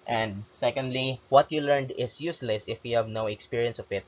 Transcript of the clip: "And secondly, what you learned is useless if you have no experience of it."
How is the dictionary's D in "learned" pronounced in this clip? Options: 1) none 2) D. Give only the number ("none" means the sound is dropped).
2